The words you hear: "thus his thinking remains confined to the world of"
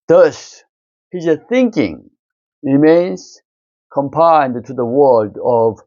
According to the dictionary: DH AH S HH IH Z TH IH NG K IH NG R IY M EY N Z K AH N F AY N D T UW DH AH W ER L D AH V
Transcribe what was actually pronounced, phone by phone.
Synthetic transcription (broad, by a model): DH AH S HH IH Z TH IH NG K IH NG R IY M EY N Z K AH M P AY N D T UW DH AH W ER L D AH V